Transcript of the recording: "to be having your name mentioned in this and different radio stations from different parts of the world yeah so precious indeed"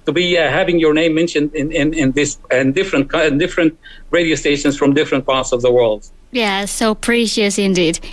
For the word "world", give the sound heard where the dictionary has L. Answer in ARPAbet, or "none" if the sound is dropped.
L